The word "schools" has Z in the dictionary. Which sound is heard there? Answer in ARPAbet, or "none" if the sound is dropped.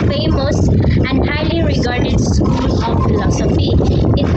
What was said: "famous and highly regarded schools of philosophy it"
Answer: none